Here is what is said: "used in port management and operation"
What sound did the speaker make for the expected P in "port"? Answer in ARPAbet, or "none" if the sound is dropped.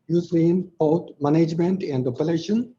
B